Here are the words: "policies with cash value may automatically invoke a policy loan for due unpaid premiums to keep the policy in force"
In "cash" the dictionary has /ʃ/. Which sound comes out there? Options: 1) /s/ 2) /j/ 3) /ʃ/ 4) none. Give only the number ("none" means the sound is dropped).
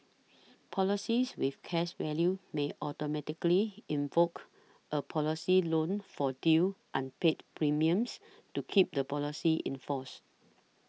1